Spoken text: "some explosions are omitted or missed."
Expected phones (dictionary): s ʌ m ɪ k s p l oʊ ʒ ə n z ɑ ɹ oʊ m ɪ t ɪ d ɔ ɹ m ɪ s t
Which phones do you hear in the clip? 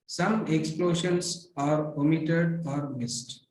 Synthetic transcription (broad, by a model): s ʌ m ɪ k s p l oʊ ʃ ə n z ɑ ɹ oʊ m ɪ t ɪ d ɔ ɹ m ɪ s t